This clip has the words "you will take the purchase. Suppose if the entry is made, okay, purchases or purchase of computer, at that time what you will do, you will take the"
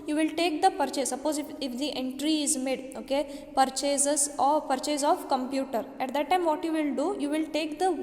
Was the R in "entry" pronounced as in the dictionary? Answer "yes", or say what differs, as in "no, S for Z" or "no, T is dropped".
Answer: yes